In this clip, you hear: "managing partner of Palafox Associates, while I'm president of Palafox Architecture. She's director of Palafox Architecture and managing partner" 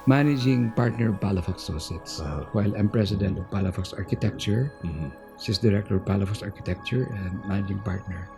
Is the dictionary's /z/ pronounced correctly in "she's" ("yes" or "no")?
no